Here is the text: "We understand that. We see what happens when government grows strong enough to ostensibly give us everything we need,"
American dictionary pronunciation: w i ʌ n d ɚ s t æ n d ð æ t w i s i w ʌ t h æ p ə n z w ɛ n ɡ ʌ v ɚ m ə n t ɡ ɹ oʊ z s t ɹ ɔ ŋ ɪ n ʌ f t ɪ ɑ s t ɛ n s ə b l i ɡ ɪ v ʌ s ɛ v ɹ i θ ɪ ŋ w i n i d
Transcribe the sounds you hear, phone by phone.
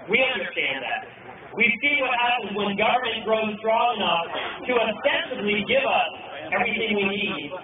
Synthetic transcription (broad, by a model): w i ʌ n d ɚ s t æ n ð æ t w i s i w ʌ t h æ p ə n z w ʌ n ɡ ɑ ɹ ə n ɡ ɹ oʊ z s t ɹ ɔ ŋ ɪ n ʌ f t ɪ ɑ s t ɛ n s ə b l i ɡ ɪ v ʌ s ɛ v ɹ i θ ɪ ŋ w i n i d